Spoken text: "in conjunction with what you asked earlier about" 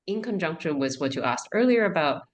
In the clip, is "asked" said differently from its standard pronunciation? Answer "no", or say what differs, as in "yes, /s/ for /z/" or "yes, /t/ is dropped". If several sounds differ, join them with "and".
no